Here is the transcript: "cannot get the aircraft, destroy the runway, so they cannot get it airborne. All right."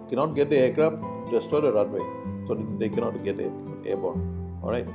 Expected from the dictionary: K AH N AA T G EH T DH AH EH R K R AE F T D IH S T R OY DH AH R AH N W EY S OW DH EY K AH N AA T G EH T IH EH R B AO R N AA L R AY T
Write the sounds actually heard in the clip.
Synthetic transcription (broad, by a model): K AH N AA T G EH T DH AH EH K R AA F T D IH S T OY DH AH R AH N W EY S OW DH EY K AH N AA T G EH T IH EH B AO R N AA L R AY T